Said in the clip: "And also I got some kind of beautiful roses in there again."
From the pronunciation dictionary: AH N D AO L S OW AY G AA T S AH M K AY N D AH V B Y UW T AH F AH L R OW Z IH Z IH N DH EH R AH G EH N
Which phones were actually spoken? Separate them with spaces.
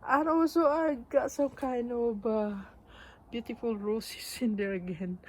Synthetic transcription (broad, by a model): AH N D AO W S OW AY G AA T S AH M K AY N D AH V B Y UW T AH F AH L R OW S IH S IH N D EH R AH G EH N